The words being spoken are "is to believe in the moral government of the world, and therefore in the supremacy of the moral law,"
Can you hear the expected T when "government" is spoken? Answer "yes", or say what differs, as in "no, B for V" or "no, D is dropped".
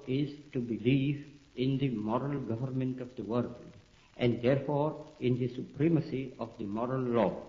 yes